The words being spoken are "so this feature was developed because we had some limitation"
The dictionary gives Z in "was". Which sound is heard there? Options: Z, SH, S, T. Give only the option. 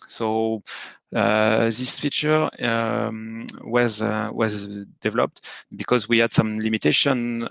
Z